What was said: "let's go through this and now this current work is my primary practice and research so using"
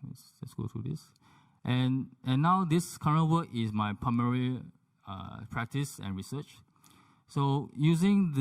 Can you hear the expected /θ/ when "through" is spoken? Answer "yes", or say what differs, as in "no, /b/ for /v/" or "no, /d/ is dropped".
no, /t/ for /θ/